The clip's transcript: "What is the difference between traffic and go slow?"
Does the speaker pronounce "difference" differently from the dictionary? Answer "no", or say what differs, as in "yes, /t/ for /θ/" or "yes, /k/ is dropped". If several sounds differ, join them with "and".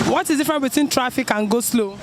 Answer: yes, /s/ is dropped